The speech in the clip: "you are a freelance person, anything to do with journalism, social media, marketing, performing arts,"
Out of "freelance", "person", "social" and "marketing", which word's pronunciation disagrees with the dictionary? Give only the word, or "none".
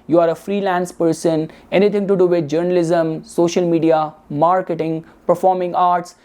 none